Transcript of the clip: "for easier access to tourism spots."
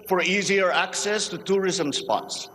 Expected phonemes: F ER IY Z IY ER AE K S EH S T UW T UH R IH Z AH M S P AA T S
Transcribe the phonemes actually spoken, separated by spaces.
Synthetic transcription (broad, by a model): F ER IY Z IY ER AE K S EH S T UW T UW R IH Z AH M S P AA T S